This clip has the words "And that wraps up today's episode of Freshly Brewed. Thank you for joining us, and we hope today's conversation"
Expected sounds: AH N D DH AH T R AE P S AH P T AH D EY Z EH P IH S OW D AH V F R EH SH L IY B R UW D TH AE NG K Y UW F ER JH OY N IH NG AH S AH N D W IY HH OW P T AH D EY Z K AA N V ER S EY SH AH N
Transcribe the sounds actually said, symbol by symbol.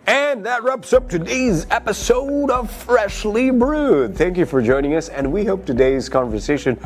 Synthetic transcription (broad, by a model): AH N DH AH T R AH P S AH P T AH D EY Z EH P IH S OW D AH V F R EH SH L IY B R UW D TH AE NG K Y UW F ER JH OY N IH NG AH S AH N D W IY HH OW P T AH D EY Z K AA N V ER S EY SH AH N